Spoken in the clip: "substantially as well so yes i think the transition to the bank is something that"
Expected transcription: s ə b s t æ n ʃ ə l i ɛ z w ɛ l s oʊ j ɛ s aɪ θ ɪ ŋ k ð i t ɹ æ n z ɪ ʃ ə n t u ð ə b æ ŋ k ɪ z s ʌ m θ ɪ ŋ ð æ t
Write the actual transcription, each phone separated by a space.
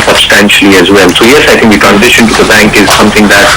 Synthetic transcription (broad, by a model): s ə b s t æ n ʃ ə l i ɛ z w ɛ l s oʊ j ɛ s aɪ t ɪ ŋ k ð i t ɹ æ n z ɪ ʃ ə n t u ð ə b æ ŋ k ɪ z s ʌ m t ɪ ŋ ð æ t